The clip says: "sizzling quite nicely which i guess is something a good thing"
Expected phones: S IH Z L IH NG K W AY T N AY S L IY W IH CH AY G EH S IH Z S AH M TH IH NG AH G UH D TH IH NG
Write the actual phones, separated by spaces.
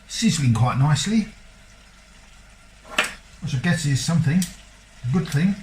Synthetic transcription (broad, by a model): S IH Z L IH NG K W AY T N AY S L IY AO S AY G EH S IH S AH M TH IH NG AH G UH D TH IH NG